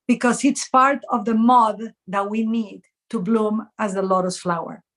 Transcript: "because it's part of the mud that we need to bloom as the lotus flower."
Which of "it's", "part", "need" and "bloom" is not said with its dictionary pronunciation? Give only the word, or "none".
none